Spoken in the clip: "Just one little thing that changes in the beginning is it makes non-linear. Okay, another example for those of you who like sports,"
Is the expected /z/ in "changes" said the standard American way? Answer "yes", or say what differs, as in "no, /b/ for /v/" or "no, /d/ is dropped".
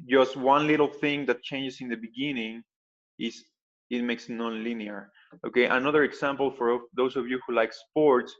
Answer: no, /s/ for /z/